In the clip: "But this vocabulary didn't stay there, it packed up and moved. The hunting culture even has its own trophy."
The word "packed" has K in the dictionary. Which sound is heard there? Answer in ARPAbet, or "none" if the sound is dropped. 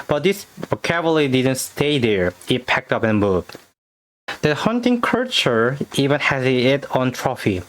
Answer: K